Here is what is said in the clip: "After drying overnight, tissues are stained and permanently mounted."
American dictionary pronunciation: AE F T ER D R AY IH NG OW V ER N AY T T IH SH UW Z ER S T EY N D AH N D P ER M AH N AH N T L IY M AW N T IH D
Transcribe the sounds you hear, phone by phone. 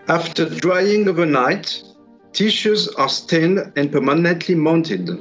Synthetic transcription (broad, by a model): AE F T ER D R AY IH NG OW V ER N AY T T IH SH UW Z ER S T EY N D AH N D P ER M AH N AH N T L IY M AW N T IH D